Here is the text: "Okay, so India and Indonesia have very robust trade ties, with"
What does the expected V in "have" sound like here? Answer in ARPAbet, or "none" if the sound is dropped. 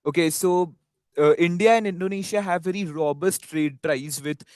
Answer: V